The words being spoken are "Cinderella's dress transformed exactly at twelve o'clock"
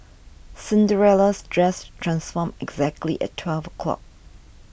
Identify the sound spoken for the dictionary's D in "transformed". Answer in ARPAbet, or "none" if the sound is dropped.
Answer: none